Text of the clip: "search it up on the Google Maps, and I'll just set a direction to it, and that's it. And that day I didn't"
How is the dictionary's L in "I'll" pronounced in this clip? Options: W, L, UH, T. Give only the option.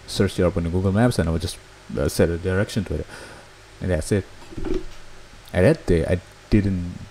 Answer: W